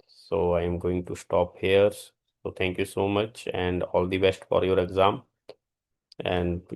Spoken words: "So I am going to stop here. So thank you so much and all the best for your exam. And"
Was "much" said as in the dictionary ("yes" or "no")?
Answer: yes